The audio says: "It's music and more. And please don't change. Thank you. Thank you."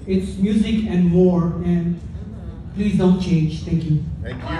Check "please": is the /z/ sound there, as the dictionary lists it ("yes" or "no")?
yes